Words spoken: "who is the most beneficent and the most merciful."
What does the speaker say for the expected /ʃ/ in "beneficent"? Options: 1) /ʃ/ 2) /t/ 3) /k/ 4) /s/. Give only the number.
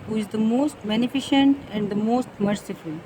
1